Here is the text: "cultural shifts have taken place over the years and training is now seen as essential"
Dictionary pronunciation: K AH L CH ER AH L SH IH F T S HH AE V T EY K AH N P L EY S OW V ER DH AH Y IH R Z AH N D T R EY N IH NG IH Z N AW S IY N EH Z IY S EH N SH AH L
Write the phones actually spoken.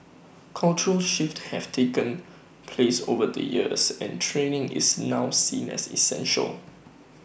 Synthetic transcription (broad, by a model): K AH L CH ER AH L SH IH F T HH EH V T EY K AH N P L EY S OW V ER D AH Y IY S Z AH N T R EY N IH NG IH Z N AW S IY N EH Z IY S EH N SH AH L